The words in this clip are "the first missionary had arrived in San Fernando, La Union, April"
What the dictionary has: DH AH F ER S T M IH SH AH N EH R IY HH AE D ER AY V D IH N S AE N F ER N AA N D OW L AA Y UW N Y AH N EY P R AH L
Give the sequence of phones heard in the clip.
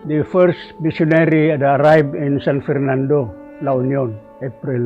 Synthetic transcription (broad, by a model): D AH F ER S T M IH S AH N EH R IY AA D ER AY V IH N S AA N F ER N AA N D OW L AA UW N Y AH N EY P R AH L